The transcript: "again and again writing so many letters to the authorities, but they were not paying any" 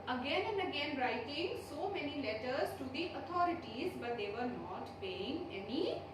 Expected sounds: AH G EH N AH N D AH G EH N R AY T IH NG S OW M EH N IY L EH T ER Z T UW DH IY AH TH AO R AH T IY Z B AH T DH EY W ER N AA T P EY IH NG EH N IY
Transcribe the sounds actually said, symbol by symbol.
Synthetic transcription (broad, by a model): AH G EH N AH N D AH G EH N R AY T IH NG S OW M EH N IY L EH T ER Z T UW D IY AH T AO R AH T IY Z B AH T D EY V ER N AA T P EY IH NG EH N IY